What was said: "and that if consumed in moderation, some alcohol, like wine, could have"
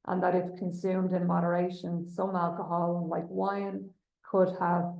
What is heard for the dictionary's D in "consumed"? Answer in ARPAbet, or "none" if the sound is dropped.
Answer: D